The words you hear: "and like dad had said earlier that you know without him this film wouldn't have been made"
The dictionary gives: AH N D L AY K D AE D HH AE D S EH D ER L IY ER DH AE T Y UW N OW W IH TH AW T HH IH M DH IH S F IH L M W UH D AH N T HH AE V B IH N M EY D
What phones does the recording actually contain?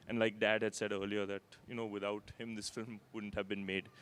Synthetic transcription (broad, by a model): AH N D L AY K D AE D HH AE D S EH D ER L IY ER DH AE T Y UW N OW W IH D AW T HH IH M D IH S F IH L M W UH D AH N T HH AE V B IH N M EY D